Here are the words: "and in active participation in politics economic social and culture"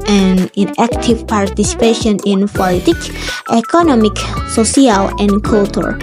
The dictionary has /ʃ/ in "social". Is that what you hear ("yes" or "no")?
no